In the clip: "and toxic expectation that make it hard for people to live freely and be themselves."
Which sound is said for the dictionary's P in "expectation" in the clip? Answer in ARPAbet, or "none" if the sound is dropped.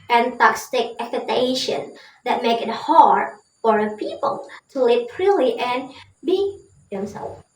none